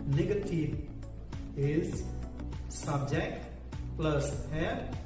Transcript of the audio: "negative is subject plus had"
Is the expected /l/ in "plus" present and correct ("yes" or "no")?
yes